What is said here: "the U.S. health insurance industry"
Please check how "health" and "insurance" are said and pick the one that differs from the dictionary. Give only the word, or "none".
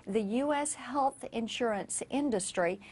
none